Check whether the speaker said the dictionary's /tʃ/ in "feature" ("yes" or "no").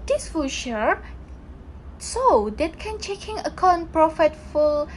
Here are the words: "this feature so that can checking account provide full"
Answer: no